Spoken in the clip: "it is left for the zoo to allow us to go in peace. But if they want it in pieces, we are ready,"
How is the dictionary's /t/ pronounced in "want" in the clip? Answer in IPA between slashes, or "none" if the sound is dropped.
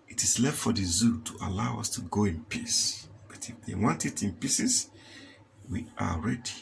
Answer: /t/